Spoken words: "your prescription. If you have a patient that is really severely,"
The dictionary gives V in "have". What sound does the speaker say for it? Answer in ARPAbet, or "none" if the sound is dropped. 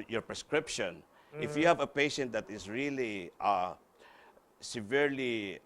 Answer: V